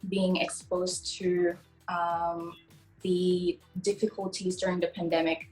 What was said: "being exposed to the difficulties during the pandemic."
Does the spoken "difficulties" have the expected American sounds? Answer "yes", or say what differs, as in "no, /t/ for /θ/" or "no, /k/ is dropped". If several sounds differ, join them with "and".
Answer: yes